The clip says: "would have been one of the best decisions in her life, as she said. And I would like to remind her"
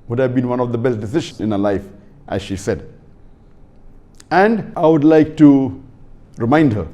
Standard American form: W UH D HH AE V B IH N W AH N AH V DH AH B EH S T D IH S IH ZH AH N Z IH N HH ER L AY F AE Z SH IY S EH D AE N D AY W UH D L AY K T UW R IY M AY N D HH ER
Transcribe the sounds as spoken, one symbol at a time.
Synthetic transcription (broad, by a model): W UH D HH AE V B IH N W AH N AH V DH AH B EH S T D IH S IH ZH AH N IH N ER L AY F AE Z SH IY S EH D AE N D AY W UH D L AY K T UW R IY M AY N D HH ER